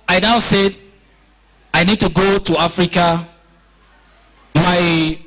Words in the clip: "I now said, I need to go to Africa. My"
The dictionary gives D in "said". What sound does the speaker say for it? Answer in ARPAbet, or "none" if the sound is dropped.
D